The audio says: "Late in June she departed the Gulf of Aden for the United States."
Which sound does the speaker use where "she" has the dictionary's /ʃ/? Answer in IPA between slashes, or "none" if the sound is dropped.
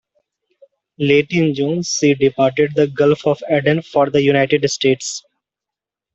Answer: /s/